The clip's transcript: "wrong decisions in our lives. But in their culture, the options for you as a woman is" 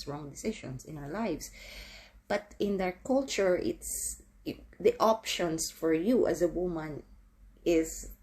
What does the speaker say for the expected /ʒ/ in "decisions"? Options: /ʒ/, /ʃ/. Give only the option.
/ʃ/